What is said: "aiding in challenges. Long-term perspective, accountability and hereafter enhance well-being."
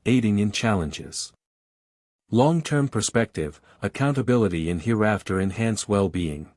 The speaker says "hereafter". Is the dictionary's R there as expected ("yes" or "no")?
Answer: yes